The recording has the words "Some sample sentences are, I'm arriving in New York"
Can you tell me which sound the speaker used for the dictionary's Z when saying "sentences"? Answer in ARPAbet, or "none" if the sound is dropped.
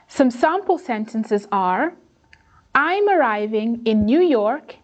Z